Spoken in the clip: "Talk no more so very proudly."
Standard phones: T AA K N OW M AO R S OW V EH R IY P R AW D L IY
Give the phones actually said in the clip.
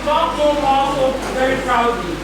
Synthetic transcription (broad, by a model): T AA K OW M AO L S OW V EH R IY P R AW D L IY